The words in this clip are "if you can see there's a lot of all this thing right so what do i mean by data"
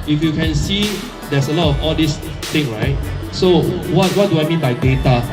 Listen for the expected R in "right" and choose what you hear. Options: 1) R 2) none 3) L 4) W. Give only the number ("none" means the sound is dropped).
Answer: 1